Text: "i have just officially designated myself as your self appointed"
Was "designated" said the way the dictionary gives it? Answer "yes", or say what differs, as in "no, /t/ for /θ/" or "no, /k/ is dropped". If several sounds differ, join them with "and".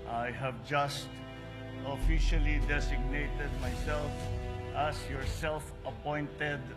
no, /s/ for /z/